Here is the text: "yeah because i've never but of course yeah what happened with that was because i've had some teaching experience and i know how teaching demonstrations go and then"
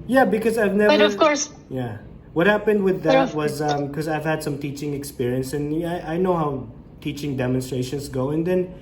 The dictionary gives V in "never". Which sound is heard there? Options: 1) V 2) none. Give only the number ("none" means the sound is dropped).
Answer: 2